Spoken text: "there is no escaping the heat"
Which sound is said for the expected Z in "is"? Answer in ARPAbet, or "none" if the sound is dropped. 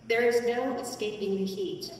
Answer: Z